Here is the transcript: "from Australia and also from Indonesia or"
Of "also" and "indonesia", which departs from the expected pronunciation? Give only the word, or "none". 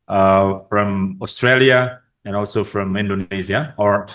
indonesia